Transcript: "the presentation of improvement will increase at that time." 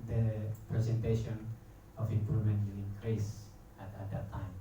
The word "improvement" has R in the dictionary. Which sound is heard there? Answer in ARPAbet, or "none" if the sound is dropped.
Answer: R